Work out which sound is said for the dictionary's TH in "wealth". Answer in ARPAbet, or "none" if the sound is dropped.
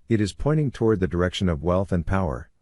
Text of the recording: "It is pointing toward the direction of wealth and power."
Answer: TH